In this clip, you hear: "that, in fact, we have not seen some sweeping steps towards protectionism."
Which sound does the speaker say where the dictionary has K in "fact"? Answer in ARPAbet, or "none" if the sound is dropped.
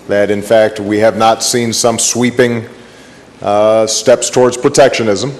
K